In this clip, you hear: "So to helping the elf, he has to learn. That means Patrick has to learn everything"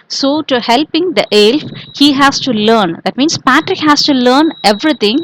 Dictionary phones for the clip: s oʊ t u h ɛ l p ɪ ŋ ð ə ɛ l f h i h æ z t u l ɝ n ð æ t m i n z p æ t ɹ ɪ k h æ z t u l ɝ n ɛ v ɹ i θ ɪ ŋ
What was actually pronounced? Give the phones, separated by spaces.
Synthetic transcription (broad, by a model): s oʊ t u h ɛ l p ɪ ŋ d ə ɛ l f h i h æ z t u l ɝ n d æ t m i n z p æ t ɹ ɪ k h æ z t u l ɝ n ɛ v ɹ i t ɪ ŋ